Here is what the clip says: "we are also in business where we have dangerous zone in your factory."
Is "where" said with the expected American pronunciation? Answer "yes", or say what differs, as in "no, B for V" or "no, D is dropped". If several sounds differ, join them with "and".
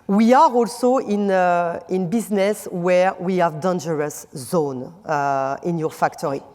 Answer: yes